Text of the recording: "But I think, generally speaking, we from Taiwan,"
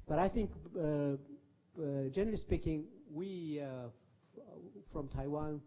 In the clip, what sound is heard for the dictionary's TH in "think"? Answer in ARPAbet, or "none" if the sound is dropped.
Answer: TH